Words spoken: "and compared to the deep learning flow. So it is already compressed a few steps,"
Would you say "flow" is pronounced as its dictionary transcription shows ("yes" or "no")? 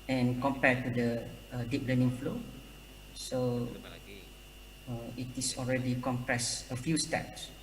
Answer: yes